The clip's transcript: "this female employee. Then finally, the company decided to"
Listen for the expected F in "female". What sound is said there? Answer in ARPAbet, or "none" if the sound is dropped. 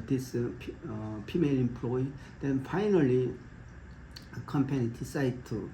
P